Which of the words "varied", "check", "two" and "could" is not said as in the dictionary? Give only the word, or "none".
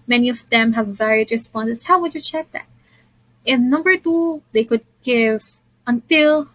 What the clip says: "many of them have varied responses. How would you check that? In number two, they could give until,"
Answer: none